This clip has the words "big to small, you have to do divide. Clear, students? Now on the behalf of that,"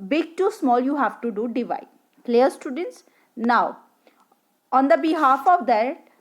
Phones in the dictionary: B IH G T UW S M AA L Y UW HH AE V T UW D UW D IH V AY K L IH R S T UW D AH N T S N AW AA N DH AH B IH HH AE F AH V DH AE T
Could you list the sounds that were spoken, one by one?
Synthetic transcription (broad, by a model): B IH G T UW S M AA L Y UW HH AE V T UW D UW D IH V AY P L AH R S T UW D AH N T S N AW AA N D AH B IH HH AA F AH V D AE T